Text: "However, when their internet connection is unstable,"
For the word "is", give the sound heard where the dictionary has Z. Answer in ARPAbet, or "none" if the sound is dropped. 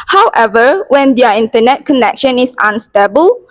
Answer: S